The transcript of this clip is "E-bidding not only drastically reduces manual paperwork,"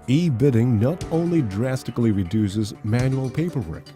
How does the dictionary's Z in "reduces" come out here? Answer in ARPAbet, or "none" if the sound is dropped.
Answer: Z